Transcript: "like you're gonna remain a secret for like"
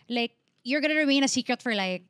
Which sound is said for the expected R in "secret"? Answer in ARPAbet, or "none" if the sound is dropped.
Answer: R